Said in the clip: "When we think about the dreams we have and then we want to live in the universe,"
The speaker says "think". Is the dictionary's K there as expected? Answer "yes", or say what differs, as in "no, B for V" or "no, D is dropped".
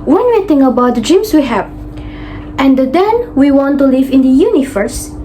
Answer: no, K is dropped